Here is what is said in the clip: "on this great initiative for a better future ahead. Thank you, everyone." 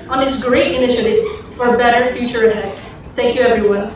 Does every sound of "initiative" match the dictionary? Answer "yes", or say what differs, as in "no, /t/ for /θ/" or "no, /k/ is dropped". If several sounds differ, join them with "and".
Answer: yes